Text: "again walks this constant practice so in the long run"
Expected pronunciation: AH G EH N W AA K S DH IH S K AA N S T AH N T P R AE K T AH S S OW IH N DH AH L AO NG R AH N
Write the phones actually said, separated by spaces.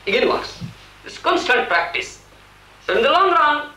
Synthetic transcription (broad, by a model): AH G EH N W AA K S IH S K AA N S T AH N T P R AE K T AH S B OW IH N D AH L AO NG R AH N